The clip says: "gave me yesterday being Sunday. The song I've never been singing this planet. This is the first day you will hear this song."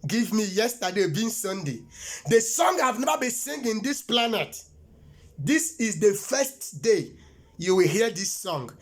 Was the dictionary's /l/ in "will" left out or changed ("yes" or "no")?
no